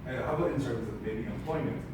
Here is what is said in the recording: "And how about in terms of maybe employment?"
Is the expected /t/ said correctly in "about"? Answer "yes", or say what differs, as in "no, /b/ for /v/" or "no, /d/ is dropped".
no, /t/ is dropped